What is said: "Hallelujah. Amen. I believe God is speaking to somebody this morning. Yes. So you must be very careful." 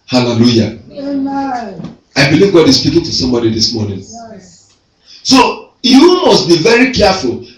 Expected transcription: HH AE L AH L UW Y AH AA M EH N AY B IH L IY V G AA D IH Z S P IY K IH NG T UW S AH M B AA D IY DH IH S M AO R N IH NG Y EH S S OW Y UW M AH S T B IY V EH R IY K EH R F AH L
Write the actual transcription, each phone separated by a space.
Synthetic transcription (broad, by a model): HH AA L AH L UW Y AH AA IH B IH L IY V G AA D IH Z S P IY K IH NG T UW S AH M B AA D IY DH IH S M AO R N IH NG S S OW Y UW M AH S T B IY V EH R IY K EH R F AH L